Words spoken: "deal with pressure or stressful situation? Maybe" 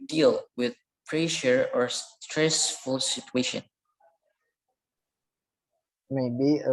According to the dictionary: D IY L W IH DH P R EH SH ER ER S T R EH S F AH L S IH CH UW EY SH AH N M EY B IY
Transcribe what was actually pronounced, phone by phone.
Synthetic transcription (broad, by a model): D IY L W IH DH P R EH SH ER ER S T R EH S F AH L S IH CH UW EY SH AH N M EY B IY